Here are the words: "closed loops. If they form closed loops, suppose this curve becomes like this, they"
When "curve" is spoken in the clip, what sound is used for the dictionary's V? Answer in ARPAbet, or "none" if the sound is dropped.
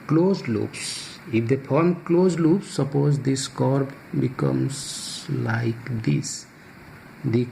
B